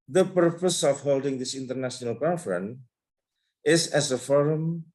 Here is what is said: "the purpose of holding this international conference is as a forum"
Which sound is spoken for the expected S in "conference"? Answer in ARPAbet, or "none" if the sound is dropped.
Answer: none